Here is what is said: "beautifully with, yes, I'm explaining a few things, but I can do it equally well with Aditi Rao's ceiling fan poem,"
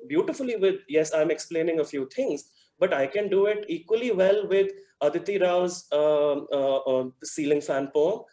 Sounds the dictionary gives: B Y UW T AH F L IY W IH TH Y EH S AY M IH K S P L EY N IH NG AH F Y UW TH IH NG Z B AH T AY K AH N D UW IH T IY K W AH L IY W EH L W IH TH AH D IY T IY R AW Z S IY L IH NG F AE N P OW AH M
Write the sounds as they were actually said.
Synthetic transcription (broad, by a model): B Y UW T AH F L IY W IH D Y EH S AY M IH K S P L EY N IH NG AH F Y UW T IH NG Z B AH T AY K AH N D UW IH T IY K W AH L IY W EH L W IH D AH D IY T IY R AW Z S IY L IH NG F AE N P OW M